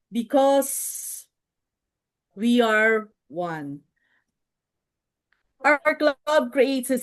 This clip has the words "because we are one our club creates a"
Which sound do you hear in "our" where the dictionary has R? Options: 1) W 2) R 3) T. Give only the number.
2